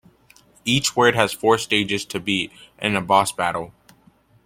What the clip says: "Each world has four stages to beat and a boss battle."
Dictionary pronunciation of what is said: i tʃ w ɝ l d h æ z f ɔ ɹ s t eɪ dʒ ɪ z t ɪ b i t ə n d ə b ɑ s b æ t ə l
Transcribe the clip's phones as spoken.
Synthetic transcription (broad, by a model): i tʃ w ɝ d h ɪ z f ɔ ɹ s t eɪ dʒ ɪ z t ɪ b i t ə n ə b ɑ s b æ t l